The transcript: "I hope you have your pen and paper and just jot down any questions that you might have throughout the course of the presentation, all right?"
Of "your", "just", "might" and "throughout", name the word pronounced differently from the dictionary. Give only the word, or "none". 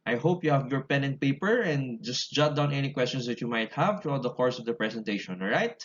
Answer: throughout